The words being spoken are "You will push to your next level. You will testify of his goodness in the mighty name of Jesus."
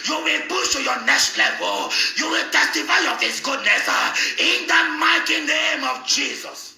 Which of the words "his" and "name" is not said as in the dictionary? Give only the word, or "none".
his